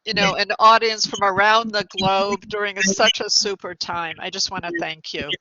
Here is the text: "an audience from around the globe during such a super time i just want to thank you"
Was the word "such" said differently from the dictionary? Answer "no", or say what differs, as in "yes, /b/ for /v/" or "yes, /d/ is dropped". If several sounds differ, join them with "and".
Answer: no